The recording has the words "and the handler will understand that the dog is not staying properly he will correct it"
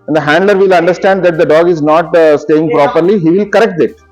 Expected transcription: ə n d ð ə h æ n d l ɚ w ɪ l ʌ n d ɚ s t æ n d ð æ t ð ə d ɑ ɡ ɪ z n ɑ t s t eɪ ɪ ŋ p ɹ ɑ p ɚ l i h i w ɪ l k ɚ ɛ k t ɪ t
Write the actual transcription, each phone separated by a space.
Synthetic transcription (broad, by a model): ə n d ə h æ n d l ɚ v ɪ l ʌ n d ɚ s t æ n d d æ t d ə d ɑ ɡ ɪ z n ɑ t s t eɪ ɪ ŋ p ɹ ɑ p ɚ l i h i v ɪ l k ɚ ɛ k t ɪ t